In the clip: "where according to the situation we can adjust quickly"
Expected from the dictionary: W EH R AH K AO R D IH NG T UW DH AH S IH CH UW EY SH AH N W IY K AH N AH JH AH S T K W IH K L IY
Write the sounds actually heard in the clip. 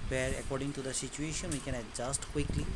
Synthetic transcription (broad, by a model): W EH R AH K AO R D IH NG T UW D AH S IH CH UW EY SH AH N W IY K AH N AH JH AH S T K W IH K L IY